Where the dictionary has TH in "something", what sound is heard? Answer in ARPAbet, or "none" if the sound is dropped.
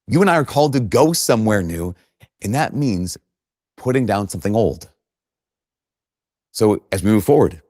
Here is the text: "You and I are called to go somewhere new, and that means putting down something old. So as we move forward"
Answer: TH